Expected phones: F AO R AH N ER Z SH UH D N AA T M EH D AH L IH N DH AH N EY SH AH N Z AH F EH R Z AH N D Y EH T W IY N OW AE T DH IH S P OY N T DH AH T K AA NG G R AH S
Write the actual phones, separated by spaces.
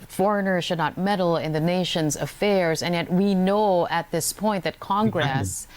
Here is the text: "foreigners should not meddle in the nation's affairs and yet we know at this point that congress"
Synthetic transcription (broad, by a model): F AO R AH N ER SH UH D N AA T M EH D L IH N DH AH N EY SH AH N Z AH F EH R Z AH N Y EH T W IY N OW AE T DH IH S P OY N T DH AH T K AA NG G R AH S